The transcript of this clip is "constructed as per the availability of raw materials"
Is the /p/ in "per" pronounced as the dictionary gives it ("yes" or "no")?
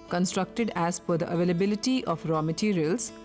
no